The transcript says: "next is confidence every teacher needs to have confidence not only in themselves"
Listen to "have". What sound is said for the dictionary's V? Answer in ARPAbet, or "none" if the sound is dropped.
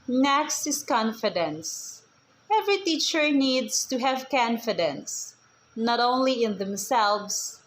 V